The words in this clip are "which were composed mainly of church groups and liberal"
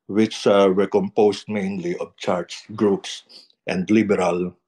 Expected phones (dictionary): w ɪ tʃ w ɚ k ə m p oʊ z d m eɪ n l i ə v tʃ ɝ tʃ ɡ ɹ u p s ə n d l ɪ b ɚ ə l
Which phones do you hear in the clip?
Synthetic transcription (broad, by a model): w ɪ tʃ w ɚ k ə m p oʊ s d m eɪ n l i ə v tʃ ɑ s ɡ ɹ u p s ə n d l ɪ b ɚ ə l